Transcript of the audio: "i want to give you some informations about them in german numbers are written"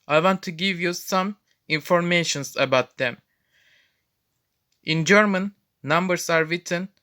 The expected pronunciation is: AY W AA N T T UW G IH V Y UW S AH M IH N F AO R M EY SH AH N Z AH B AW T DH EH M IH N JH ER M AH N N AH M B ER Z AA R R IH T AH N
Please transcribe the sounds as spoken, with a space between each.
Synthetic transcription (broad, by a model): AY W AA N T T UW G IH V Y UW S AH M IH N F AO R M EY SH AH N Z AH B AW T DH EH M IH N JH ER M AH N N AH M B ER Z AA R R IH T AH N